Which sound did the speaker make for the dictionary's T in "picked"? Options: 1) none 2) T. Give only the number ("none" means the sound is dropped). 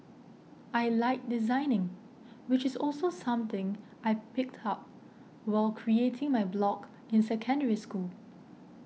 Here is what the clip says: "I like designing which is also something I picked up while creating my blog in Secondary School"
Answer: 2